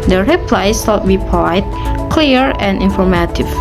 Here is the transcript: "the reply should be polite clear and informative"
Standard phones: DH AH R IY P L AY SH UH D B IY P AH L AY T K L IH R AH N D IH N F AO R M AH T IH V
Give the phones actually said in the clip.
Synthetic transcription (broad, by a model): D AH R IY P L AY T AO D B IY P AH IH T K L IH R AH N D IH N F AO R M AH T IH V